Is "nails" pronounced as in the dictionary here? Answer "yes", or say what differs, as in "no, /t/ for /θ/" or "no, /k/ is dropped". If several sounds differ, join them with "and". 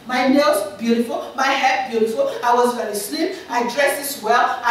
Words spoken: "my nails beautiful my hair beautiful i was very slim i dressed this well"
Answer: no, /l/ is dropped